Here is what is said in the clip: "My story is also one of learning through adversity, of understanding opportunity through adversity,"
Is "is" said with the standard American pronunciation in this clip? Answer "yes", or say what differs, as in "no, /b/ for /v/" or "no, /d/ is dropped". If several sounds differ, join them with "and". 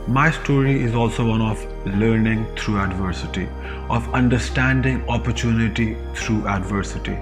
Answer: yes